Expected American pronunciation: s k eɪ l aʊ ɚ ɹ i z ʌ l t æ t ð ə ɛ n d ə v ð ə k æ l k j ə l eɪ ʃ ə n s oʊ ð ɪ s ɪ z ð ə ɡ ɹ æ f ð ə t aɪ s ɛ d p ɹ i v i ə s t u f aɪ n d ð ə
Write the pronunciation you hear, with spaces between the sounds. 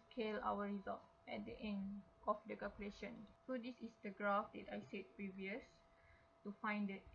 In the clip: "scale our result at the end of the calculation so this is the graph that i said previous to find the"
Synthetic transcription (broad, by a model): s k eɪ l aʊ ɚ ɹ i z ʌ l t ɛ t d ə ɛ n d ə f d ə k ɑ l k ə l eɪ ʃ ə n s oʊ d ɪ s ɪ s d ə ɡ ɹ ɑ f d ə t aɪ s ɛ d p ɹ i v i ə s t u f aɪ n d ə